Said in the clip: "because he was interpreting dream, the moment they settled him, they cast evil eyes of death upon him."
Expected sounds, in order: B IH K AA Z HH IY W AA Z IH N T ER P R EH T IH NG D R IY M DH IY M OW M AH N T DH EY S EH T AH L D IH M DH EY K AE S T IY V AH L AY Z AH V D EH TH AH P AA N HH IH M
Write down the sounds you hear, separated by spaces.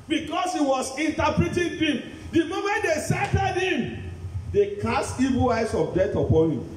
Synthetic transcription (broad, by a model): B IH K AA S HH IY W AA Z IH N T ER P R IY T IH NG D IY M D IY M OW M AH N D EY S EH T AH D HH IH M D EY K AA S T IY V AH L AY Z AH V D EH T AH P AA N HH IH M